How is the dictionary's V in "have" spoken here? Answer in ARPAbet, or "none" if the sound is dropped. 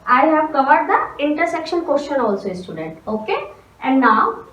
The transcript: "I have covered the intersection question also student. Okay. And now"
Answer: V